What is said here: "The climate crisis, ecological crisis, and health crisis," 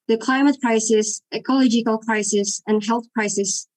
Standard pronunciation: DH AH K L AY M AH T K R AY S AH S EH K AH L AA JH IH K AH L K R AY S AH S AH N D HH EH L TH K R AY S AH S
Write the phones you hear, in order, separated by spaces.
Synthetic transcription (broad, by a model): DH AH K L AY M AH T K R AY S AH S EH K AH L AA JH IH K AH L K R AY S AH S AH N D HH EH L TH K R AY S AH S